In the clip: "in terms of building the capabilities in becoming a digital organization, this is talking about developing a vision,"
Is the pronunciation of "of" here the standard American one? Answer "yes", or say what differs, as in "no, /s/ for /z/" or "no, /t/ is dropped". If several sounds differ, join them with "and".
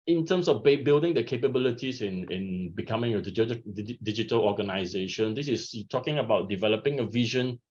no, /b/ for /v/